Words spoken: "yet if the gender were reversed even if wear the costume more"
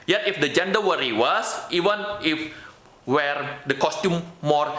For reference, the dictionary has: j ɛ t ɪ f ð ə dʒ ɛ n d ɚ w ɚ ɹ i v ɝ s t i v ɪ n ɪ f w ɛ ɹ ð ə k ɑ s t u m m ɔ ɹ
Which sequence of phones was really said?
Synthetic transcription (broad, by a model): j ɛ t ɪ f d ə dʒ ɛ n d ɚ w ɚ ɹ i w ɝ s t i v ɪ n ɪ f w ɛ ɹ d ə k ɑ s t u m m ɔ ɹ